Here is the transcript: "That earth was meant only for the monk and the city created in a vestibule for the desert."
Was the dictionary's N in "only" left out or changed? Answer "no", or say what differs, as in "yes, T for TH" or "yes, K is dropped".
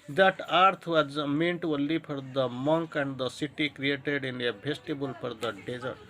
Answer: yes, N is dropped